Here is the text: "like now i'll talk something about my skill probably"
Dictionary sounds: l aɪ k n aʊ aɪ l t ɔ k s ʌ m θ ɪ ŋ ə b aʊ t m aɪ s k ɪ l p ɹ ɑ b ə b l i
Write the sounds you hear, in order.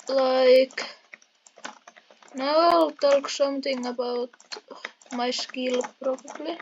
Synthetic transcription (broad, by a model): l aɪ k n aʊ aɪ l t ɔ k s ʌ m t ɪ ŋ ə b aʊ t m aɪ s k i l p ɹ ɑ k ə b l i